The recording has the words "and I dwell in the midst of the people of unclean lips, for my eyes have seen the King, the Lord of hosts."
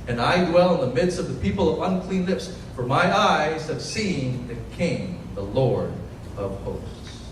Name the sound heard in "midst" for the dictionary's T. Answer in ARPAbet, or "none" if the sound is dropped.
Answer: T